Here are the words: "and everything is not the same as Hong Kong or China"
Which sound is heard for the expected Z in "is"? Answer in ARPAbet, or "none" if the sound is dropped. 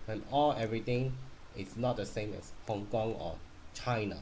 S